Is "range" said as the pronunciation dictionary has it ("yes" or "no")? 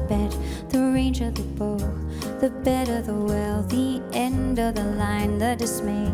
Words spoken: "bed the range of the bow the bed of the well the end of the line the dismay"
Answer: yes